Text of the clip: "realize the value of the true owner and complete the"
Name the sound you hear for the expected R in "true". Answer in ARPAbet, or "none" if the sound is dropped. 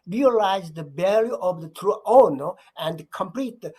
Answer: R